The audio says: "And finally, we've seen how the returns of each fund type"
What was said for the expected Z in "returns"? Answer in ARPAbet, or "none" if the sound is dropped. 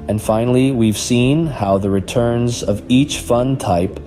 Z